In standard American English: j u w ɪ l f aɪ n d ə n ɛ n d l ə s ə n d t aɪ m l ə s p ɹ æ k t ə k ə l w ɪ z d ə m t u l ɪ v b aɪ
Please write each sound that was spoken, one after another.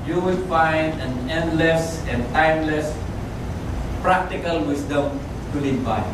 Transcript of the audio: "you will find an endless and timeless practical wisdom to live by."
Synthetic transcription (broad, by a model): j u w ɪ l f aɪ n d ə n ɛ n d l ə s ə n t aɪ m l ə s p ɹ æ k t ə k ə l w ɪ s d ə m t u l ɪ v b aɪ